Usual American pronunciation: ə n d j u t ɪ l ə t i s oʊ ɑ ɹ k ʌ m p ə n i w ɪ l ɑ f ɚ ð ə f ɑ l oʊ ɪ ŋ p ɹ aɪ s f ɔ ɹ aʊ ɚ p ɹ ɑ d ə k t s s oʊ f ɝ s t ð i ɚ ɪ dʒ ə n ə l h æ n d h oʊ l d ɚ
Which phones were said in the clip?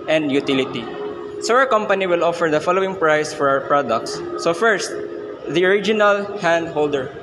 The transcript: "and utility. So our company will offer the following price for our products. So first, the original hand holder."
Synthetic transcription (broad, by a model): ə n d j u t ɪ l ə t i s oʊ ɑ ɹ k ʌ m p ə n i w ɪ l ɑ f ɚ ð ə f ɑ l oʊ ɪ ŋ p ɹ aɪ s f ɔ ɹ aʊ ɚ p ɹ ɑ d ə k t s s oʊ f ɝ s t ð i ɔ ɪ dʒ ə n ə l h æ n d h oʊ l d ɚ